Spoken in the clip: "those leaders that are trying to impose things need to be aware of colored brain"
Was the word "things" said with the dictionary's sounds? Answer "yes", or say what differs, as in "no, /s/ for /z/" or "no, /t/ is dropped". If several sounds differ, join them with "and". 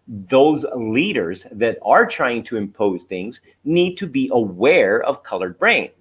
yes